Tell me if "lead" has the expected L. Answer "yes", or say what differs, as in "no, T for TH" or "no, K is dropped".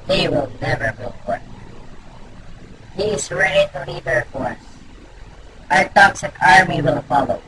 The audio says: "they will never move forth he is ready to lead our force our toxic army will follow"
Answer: no, N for L